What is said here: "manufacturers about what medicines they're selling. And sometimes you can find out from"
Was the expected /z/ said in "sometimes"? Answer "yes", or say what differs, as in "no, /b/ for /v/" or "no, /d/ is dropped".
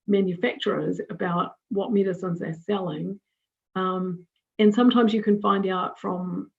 yes